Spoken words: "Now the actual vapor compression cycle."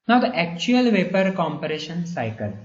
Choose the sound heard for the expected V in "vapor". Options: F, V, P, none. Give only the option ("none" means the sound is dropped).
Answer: V